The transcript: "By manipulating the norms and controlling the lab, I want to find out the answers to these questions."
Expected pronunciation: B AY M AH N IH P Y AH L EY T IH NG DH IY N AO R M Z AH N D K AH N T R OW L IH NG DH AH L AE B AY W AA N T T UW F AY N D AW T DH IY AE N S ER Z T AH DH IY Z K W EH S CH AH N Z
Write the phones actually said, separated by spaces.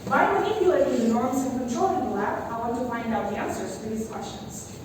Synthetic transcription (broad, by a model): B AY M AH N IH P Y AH EY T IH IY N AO R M S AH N K AH N T R OW L IH NG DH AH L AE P AY W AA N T T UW F AY N D AW T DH IY AE N S ER Z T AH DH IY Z K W EH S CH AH N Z